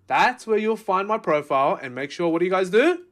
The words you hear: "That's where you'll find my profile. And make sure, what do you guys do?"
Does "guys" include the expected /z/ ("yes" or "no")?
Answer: yes